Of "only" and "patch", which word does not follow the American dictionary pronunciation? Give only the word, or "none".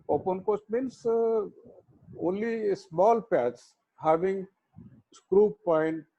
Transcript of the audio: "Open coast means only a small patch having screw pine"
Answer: patch